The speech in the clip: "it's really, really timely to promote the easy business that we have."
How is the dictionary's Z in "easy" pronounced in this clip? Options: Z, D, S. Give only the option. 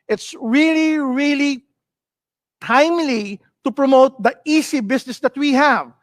S